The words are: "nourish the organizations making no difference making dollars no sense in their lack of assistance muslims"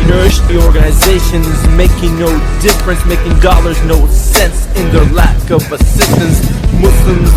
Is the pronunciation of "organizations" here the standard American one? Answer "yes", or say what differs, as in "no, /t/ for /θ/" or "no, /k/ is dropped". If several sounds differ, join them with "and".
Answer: yes